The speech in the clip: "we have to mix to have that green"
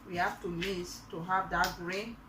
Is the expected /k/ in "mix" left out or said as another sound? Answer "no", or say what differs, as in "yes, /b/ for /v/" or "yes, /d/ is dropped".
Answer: yes, /k/ is dropped